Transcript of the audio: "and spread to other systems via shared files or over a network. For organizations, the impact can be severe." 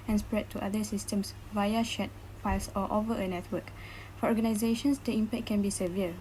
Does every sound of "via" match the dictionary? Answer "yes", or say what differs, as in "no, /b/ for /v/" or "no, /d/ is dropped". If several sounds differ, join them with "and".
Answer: yes